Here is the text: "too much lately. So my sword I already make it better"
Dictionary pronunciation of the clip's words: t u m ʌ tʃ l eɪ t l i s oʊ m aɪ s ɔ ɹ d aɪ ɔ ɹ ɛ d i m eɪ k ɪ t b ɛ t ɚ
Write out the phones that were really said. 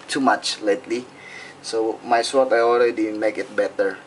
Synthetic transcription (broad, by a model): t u m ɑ tʃ l eɪ t l i s oʊ m aɪ s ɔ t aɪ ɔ l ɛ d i m eɪ k ɪ t b ɛ t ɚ